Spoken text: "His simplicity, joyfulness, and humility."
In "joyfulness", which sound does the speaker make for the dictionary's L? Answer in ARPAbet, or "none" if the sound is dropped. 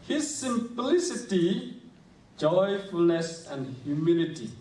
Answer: L